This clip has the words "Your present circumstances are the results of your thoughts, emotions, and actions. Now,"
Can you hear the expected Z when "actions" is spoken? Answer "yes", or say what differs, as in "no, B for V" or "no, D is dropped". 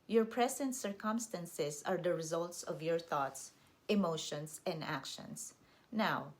no, S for Z